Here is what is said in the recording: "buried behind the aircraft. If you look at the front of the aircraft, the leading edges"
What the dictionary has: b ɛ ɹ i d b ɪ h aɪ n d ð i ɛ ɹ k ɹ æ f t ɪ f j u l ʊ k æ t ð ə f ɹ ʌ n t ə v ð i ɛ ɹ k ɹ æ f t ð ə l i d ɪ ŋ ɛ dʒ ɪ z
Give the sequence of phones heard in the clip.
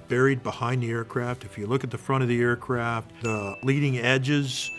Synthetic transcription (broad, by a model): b ɛ ɹ i d b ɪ h aɪ n ð i ɛ ɹ k ɹ æ f t ɪ f j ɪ l ʊ k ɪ t ð ə f ɹ ʌ t ə v ð i ɛ ɹ k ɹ æ f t ð ə l i d ɪ ŋ ɛ dʒ ɪ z